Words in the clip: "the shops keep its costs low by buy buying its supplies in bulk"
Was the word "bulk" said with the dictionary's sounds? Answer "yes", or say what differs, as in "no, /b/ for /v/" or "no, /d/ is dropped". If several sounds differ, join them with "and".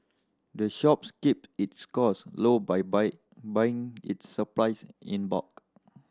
no, /l/ is dropped